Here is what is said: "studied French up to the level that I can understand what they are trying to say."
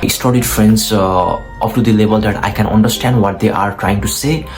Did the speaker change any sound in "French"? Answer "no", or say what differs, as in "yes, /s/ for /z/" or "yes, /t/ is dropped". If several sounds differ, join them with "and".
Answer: yes, /s/ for /tʃ/